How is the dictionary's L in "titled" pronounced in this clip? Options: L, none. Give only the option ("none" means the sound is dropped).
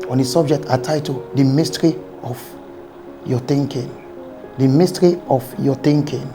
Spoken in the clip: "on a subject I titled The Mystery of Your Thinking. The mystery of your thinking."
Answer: none